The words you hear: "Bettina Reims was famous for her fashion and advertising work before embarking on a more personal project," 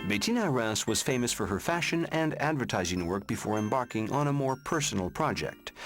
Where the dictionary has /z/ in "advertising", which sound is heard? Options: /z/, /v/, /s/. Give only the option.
/z/